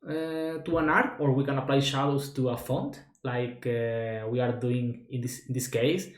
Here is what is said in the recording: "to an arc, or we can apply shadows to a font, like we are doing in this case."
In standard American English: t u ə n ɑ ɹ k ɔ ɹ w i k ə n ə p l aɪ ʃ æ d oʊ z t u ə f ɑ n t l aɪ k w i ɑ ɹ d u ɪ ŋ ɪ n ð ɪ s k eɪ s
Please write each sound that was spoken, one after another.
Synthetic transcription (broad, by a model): t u ə n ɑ ɹ ɔ ɹ w i k ə n ə p l aɪ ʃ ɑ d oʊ s t u ə f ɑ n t l aɪ k w i ɑ ɹ d u ɪ ŋ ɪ n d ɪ s k eɪ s